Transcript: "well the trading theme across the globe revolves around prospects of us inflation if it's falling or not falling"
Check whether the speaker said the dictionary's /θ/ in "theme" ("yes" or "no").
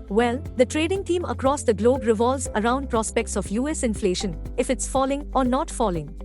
no